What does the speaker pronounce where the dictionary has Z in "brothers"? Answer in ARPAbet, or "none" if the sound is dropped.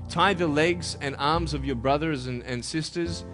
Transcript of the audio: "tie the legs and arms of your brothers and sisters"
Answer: Z